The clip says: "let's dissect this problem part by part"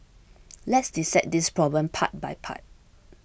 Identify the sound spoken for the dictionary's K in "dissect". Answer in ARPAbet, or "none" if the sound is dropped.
none